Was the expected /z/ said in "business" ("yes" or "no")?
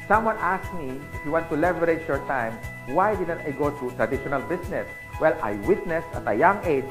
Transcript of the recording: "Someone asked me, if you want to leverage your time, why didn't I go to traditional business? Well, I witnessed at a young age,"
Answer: no